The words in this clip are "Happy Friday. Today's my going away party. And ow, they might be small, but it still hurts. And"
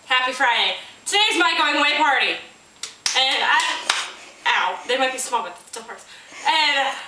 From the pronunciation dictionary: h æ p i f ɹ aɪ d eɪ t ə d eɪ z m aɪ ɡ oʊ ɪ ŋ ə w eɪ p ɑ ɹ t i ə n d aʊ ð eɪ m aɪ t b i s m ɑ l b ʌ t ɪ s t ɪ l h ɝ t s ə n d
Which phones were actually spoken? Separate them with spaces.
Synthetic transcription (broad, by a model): h æ p i f ɹ aɪ d eɪ t ə d eɪ z m aɪ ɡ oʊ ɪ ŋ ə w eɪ p ɑ ɹ t i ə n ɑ aʊ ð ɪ m aɪ t b i s m ɑ l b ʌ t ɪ s t ɪ l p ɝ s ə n